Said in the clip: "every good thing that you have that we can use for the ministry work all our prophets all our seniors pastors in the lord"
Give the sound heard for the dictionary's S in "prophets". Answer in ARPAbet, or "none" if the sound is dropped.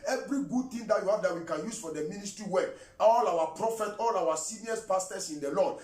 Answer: none